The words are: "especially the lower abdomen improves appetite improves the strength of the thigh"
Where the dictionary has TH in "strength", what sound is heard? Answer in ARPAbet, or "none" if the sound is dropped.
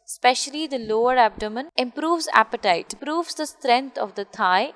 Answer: T